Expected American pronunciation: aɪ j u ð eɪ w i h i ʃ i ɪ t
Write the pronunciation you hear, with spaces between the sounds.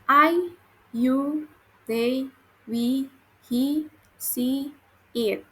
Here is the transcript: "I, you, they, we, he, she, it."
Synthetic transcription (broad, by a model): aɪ j u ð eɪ w i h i s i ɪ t